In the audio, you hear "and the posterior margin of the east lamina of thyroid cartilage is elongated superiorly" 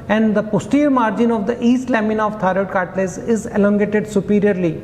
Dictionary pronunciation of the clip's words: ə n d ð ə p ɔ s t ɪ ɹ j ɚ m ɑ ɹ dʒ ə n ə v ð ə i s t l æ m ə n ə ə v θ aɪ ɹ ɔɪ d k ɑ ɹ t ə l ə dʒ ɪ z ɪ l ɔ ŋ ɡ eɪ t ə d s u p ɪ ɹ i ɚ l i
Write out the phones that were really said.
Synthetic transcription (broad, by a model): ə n d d ə p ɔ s t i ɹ m ɑ ɹ dʒ ə n ə v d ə i s t l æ m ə n ə v t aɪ ɹ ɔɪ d k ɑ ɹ t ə l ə z ɪ z ɪ l ɔ ŋ ɡ eɪ t ə d s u p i ɹ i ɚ l i